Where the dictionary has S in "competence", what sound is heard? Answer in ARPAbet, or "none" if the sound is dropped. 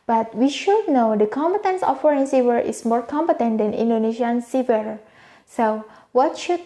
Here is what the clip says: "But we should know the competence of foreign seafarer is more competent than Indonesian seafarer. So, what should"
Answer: S